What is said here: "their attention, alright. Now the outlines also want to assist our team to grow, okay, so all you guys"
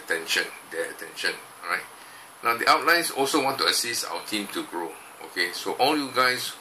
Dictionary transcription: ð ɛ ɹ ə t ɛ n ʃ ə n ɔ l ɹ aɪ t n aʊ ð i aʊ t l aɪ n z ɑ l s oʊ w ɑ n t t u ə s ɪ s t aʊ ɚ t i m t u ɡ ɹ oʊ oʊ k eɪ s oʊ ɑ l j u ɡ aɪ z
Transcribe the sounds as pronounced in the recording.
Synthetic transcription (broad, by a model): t ɛ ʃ ə t ɛ n ʃ ə n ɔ ɹ aɪ t n aʊ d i aʊ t l aɪ n s ɑ l s oʊ w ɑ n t t u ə s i s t aʊ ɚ t i m t u ɡ ɹ oʊ oʊ k eɪ s oʊ ɑ l j u ɡ aɪ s